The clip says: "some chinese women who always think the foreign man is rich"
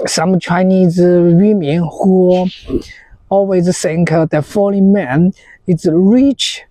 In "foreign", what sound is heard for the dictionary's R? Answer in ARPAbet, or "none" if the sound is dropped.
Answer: L